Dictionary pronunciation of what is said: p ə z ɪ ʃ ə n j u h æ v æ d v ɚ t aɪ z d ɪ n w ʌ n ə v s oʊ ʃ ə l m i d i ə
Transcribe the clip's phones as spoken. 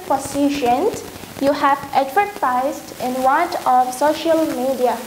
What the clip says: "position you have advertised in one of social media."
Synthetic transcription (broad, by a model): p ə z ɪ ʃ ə n j u h æ v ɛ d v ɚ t aɪ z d ɪ n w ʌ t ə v s oʊ ʃ ə l m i d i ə